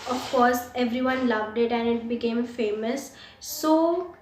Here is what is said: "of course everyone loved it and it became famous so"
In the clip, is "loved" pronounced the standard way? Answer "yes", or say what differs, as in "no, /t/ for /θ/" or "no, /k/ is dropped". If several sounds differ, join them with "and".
yes